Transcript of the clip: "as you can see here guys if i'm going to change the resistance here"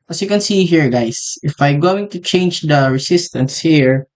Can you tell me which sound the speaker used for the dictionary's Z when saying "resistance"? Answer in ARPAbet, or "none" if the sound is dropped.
S